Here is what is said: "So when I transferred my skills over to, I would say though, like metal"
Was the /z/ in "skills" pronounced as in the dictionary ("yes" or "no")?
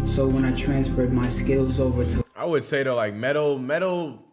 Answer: yes